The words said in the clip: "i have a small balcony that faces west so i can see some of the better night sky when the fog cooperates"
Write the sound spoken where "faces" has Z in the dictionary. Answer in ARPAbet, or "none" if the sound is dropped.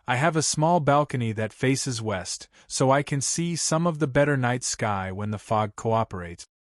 Z